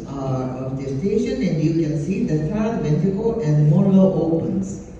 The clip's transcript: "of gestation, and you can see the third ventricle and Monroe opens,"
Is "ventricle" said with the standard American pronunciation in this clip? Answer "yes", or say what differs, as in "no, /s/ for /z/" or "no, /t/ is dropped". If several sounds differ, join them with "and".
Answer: no, /ɹ/ is dropped